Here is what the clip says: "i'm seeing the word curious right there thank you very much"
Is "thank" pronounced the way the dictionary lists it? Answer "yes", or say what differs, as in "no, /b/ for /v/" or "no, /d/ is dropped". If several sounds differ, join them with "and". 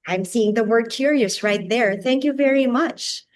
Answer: yes